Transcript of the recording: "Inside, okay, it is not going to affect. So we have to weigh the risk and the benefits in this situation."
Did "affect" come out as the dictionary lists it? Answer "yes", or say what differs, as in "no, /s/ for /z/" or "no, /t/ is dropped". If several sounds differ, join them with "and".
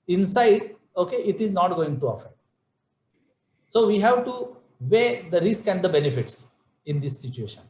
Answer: no, /k/ is dropped